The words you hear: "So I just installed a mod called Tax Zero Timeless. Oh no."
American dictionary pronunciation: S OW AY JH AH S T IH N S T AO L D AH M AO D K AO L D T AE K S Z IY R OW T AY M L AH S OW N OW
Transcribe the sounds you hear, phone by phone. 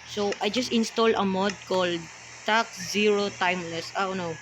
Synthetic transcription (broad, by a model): S OW AY JH AH S T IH N S T AO L AH M AO D K AO L D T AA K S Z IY R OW T AY M L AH S OW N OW